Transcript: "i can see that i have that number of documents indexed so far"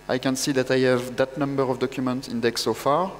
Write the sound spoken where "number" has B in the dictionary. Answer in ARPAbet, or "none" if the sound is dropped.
B